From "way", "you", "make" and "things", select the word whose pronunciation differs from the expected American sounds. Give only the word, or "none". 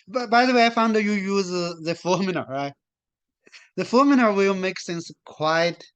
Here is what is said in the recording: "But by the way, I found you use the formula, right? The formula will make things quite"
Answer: things